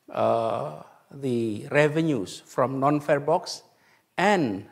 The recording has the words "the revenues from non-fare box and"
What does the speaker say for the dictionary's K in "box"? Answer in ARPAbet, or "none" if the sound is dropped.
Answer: K